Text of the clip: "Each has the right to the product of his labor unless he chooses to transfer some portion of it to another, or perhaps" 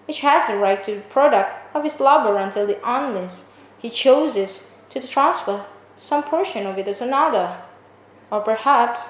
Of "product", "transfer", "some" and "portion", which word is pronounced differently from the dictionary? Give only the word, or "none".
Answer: none